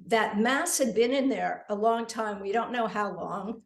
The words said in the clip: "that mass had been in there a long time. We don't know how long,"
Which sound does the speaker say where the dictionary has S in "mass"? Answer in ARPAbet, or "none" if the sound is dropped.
S